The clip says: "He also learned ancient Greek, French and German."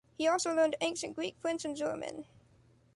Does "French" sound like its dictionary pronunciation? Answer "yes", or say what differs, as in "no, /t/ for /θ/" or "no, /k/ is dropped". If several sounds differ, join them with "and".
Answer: no, /s/ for /tʃ/